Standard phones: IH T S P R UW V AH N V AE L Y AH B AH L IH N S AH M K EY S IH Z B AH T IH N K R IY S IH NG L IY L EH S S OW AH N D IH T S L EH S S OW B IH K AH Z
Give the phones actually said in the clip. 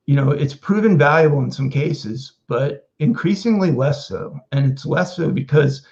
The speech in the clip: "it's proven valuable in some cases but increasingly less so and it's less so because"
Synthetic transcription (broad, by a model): IH T S P R UW V AH N V AE L Y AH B L IH N S AH M K EY S IH Z B AH T IH N K R IY S IH NG L IY L EH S S OW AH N IH T S L EH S S OW B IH K AH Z